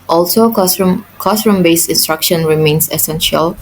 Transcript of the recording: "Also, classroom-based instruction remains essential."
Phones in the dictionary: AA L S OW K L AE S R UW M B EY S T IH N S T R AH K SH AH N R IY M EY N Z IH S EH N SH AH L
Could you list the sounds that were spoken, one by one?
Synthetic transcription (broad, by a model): AA L S OW K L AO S R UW M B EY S IH N S T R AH K SH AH N R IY M EY N S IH S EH N SH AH L